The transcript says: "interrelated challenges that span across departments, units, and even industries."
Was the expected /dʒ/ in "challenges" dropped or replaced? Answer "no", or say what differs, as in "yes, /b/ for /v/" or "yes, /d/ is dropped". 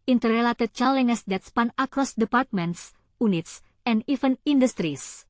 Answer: yes, /dʒ/ is dropped